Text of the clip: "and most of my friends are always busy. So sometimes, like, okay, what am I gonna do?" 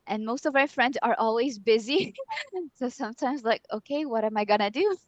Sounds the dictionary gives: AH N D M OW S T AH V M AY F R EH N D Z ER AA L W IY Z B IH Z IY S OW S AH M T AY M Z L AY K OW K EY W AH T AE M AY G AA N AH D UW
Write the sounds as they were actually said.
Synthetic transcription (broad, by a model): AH N M OW S T AH V M AY F R EH N D Z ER AA L W IY Z B IH Z IY S OW S AH M T AY M Z L AY K OW K EY W AH T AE M AY G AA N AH D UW